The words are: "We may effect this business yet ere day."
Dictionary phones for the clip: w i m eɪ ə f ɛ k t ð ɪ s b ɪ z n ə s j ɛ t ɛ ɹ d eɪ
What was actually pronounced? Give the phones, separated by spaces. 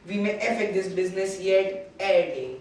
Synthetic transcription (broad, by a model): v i m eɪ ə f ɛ t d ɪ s b ɪ z n ə s j ɛ t ɛ ɹ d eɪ